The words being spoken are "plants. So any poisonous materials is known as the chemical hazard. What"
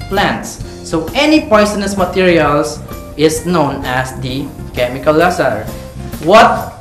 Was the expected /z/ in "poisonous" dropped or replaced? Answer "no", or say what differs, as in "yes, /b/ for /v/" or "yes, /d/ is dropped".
yes, /s/ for /z/